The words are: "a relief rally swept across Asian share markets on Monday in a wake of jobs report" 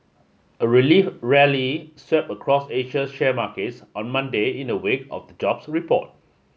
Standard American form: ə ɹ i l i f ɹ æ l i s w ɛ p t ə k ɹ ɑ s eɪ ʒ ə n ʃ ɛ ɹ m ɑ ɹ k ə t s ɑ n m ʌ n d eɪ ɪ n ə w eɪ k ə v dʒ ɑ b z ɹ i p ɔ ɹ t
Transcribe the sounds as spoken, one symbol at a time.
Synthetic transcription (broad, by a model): ə ɹ i l i f ɹ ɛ l i s w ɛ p ə k ɹ ɑ s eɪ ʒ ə ʃ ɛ m ɑ k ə t s ɑ n m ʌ n d eɪ ɪ n ə w eɪ k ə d dʒ ɑ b s ɹ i p ɔ t